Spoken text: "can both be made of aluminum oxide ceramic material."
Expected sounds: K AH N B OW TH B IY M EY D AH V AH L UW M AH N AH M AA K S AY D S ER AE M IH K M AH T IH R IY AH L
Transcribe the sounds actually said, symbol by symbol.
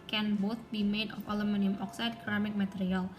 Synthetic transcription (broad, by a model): K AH N B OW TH B IY M EY D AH F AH L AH M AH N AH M AA K S AY D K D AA M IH K M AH T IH R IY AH L